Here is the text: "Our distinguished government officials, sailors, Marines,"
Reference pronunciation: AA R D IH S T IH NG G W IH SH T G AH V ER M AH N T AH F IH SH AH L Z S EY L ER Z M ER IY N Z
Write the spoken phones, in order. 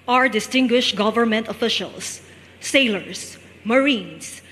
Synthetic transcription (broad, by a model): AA R D IH S T IH NG G W IH SH T G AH V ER M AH N T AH F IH SH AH L S EY L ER S M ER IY N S